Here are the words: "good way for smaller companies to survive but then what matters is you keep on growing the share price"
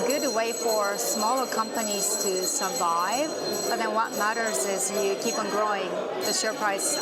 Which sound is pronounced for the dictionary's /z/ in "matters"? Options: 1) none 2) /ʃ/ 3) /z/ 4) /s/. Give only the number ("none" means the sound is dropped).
3